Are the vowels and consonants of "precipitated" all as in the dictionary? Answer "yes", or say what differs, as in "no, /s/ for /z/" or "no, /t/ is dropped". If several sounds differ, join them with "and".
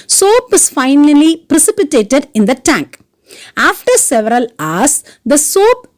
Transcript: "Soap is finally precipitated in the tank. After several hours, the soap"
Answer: yes